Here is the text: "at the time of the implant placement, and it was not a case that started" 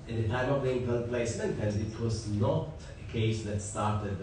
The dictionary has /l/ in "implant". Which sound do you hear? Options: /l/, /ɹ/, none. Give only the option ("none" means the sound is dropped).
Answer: none